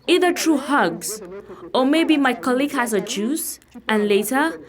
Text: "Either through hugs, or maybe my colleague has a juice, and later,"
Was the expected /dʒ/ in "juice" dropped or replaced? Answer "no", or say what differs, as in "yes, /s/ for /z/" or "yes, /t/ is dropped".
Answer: no